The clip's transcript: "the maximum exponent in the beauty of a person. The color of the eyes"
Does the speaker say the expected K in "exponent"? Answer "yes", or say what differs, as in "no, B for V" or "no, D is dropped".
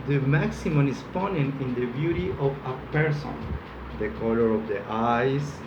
no, K is dropped